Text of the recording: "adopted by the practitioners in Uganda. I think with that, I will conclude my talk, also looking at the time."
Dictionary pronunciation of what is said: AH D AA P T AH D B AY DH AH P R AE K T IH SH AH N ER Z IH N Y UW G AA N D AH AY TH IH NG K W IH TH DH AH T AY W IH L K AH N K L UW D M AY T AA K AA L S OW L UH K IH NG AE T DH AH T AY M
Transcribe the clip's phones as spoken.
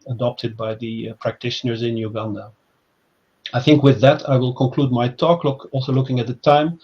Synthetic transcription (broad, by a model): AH D AA P T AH D B AY DH AH P R AE K T IH SH AH N ER Z IH N Y UW G AA N D AH AY TH IH NG K W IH DH AH T AY W IH L K AH N K L UW D M AY T AA K AA L S OW L UH K IH NG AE T DH AH T AY M